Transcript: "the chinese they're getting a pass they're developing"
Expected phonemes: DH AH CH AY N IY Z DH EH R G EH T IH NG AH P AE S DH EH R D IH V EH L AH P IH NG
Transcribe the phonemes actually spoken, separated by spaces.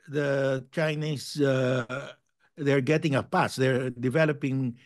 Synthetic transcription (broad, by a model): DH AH CH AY N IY S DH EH R G EH T IH NG AH P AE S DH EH R D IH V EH L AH P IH NG